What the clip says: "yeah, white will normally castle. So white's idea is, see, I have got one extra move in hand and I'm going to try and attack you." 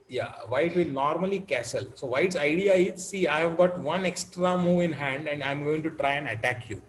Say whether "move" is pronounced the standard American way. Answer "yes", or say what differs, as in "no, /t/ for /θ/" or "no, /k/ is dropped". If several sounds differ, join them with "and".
yes